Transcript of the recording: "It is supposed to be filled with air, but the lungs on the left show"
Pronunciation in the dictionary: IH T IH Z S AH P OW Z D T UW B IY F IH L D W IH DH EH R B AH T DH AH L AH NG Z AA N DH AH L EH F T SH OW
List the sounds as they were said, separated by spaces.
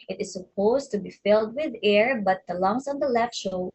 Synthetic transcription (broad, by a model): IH T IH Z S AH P OW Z T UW B IY F IH L D W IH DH EH R B AH T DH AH L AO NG S AA N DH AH L EH F T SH OW